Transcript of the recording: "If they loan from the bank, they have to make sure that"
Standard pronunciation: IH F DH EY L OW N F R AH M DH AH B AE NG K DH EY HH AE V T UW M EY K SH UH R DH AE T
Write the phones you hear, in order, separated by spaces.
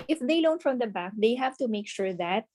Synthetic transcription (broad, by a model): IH F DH EY L OW N F R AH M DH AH B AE K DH EY HH AE V T UW M EY K SH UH R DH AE T